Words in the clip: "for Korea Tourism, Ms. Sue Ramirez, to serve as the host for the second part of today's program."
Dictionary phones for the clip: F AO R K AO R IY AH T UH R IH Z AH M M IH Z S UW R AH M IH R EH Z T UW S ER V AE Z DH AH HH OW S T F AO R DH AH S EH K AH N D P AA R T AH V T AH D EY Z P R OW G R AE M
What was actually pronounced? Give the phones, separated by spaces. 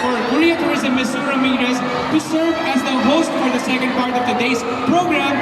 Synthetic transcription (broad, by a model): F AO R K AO L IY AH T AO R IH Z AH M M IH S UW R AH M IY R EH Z T UW S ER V AE Z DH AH HH OW S T F AO R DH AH S EH K AH N D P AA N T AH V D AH D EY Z P R OW G R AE M